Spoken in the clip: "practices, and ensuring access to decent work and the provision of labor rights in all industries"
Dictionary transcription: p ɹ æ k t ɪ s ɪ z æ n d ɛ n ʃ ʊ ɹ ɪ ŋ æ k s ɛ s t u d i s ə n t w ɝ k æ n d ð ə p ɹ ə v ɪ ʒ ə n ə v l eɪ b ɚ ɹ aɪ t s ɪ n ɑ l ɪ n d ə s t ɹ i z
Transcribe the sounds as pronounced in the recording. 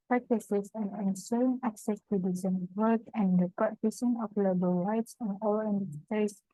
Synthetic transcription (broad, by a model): p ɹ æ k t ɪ s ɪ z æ n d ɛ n s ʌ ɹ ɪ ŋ æ k s ɛ s t u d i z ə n w ɝ k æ n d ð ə p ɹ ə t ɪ s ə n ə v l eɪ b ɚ ɹ aɪ t s ɪ n ɑ l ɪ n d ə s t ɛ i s